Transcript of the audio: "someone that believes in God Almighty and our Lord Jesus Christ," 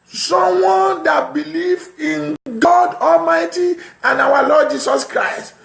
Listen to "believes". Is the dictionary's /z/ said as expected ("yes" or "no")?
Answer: no